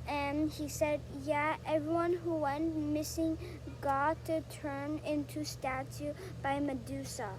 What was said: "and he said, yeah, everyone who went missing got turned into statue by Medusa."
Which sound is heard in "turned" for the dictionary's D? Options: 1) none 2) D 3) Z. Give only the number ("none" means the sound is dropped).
1